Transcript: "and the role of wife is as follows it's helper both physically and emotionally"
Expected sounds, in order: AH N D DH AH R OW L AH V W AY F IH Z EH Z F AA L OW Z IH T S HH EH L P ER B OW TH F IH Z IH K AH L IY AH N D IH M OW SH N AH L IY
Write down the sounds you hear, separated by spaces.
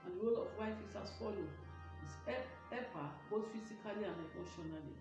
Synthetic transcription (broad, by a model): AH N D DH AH R OW L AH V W AY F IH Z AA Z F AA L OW IH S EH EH P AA B OW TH F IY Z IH K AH L IY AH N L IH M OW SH N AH L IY